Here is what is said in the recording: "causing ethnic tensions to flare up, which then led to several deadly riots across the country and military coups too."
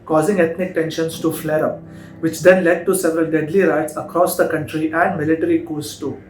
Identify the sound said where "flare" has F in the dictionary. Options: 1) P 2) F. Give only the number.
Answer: 2